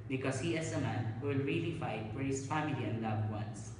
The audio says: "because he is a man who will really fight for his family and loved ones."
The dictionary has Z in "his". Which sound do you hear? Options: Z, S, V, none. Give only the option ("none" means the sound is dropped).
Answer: S